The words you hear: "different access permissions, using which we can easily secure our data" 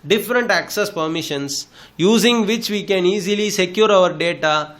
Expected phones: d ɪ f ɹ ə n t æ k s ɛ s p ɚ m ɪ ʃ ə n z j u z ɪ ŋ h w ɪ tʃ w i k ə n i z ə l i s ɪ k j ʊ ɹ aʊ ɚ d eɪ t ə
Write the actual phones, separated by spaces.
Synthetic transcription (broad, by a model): d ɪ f ɹ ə n t æ k s ɛ s p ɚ m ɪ ʃ ə n s j u z ɪ ŋ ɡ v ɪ tʃ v i k ə n i z ə l i s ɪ k j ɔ ɹ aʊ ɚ d eɪ t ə